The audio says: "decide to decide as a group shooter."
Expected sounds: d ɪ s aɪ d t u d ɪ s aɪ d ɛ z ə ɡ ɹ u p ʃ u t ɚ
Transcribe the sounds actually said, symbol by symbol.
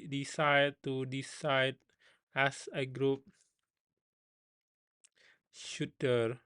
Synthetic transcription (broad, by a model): d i s aɪ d t u d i s aɪ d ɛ s ə ɡ ɹ u p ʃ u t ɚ